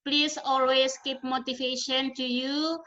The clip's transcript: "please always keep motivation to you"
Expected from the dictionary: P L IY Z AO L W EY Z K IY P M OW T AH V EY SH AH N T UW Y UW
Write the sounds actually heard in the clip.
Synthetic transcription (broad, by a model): P L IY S AO L W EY S K IY P M OW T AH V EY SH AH N T UW Y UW